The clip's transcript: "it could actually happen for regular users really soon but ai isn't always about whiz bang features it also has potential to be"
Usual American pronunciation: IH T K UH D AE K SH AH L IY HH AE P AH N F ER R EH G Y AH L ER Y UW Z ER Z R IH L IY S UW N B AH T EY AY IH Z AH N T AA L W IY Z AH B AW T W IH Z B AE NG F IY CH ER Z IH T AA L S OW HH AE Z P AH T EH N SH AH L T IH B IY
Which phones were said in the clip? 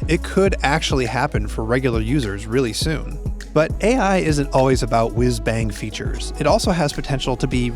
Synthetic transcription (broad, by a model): IH T K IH D AE K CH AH L IY HH AE P AH N F ER R EH G Y L ER Y UW Z ER Z R IH L IY S UW N B AH T EY AY IH Z AH N T AA L W IY Z AH B AW T W IH Z B AE NG F IY CH ER Z IH T AA L S OW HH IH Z P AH T EH N SH L T IH B IY